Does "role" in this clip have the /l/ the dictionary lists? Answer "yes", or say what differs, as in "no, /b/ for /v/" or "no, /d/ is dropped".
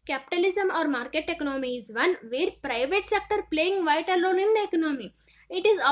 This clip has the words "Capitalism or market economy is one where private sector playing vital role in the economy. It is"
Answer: no, /n/ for /l/